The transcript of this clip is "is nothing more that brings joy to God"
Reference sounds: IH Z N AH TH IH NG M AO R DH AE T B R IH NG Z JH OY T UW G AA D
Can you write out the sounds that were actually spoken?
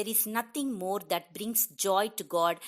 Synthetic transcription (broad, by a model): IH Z N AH T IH NG M AO R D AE T B R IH NG S JH OY T UW G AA D